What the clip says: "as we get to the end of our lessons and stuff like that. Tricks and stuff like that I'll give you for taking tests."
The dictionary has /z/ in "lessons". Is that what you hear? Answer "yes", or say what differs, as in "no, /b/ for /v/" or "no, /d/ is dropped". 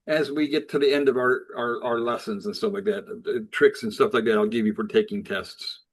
yes